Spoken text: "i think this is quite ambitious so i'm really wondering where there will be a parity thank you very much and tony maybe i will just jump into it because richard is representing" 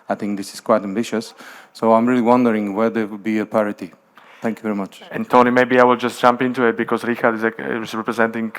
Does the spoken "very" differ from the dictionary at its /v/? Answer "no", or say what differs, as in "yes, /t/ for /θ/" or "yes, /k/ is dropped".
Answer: no